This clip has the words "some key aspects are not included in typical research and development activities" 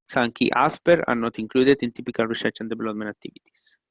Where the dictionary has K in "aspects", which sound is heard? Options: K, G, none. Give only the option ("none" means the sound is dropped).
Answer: none